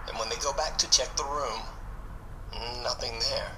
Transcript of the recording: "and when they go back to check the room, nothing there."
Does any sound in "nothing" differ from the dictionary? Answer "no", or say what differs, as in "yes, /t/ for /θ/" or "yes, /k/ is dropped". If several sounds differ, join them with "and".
no